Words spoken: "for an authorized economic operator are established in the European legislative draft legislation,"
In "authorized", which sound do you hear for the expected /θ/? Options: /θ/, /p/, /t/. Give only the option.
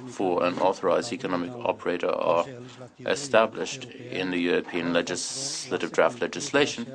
/θ/